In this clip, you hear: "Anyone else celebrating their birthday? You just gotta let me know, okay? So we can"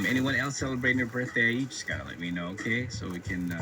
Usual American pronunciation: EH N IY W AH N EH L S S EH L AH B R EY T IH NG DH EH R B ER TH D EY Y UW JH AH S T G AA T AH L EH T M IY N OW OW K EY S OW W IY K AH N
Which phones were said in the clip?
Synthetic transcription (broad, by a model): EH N IY W AH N EH L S S EH L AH B R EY T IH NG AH R B ER TH D EY Y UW JH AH S G AA T AH L EH T M IY N OW OW K EY S OW W IY K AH N